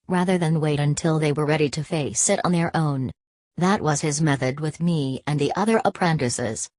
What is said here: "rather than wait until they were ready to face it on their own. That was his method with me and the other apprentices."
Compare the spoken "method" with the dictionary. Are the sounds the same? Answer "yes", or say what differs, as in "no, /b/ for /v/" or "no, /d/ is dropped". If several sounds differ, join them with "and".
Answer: yes